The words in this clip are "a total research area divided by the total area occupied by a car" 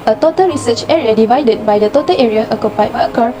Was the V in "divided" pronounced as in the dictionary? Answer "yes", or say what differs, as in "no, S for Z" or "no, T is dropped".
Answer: yes